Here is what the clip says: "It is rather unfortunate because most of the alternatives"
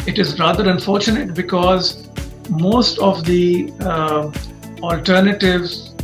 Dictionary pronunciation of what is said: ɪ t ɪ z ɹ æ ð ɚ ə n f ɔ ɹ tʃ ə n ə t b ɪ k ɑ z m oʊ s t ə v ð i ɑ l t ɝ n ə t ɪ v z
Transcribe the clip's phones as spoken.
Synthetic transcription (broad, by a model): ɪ t ɪ z ɹ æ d ɚ ə n f ɔ ɹ tʃ ə n ə t b ɪ k ɑ z m oʊ s t ə v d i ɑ l t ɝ n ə t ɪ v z